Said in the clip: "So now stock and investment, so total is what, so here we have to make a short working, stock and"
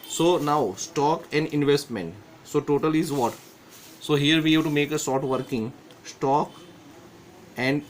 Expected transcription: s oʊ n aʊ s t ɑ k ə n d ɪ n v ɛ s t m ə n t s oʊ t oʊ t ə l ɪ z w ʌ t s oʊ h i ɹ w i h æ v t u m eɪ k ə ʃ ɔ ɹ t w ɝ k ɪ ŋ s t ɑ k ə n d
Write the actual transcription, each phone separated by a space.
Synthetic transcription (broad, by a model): s oʊ n aʊ s t ɑ k ə n d ɪ n v ɛ s t m ə n t s oʊ t oʊ t ə l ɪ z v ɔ t s oʊ h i ɹ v i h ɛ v t u m eɪ k ə s ɔ t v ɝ k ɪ ŋ s t ɑ k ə n d